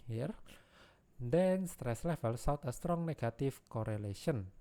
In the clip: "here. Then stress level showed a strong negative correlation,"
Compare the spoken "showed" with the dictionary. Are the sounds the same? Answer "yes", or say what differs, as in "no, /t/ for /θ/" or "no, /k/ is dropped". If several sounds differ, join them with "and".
no, /s/ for /ʃ/